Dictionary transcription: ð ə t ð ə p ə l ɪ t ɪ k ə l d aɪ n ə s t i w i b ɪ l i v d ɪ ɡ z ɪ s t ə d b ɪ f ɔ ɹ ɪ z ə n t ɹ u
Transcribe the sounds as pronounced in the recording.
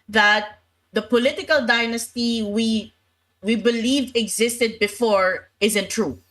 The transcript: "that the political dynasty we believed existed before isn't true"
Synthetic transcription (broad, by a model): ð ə t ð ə p ə l ɪ t ɪ k ə l d aɪ n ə s t i w i b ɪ l i v ɪ ɡ z ɪ s t ə d b ɪ f ɔ ɹ ɪ z ə n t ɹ u